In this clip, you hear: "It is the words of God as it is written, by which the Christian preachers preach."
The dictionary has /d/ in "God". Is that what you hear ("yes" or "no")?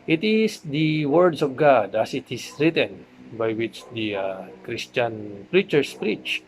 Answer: yes